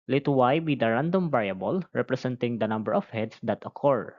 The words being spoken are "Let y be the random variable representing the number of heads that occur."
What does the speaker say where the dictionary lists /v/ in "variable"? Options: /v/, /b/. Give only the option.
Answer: /b/